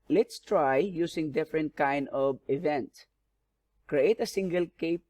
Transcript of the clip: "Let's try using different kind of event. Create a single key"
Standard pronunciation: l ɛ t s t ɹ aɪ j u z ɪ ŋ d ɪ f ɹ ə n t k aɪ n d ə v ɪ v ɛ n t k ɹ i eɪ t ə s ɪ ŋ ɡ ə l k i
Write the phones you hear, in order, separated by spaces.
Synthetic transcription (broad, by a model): l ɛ t s t ɹ aɪ j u s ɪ ŋ d ɪ f ɹ ə n t k aɪ n d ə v ɪ v ɛ n t k ɹ i eɪ t ə s ɪ ŋ ɡ ə l k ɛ